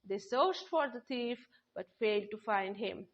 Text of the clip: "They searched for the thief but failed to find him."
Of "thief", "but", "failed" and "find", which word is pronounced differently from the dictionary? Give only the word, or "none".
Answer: thief